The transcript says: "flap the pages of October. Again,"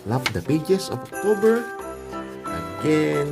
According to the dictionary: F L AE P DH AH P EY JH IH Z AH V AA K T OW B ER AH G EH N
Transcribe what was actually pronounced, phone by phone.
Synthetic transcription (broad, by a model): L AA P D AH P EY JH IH S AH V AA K T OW B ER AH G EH N